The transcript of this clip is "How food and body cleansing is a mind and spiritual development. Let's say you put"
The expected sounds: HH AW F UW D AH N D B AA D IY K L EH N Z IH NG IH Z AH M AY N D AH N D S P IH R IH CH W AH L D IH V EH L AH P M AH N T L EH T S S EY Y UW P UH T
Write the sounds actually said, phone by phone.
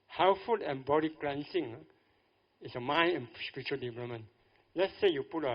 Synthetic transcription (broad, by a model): HH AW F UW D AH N B AA D IY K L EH N S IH NG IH S AH M AY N AH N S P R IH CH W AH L D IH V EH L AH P M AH N L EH T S S EY Y UW P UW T